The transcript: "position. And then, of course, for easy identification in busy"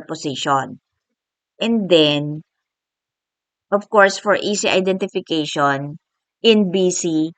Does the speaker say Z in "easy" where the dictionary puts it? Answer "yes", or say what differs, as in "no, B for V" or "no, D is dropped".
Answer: no, S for Z